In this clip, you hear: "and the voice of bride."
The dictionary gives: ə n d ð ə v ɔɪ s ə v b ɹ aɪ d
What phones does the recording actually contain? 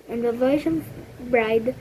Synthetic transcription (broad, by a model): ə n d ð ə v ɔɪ ʃ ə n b ɹ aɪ d